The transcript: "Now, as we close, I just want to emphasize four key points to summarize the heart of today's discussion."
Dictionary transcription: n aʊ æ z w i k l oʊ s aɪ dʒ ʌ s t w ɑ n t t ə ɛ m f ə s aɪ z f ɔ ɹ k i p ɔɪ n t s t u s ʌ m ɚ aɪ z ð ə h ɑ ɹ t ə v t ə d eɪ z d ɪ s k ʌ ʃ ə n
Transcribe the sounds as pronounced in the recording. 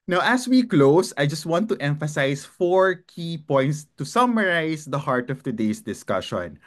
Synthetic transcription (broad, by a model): n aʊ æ s w i k l oʊ s aɪ dʒ ʌ s t w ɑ n t t ɛ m f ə s aɪ s f ɔ ɹ k i p ɔɪ n t s t u s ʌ m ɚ aɪ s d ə h ɑ ɹ t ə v t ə d eɪ s d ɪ s k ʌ ʃ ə n